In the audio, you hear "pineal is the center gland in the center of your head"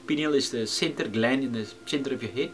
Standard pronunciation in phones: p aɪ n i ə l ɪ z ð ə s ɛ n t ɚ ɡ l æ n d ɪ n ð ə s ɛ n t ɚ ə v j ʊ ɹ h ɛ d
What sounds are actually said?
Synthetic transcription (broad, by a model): p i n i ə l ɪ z ð ə s ɛ n t ɚ ɡ l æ n ɪ n ð ə s ɛ n t ɚ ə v j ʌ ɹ h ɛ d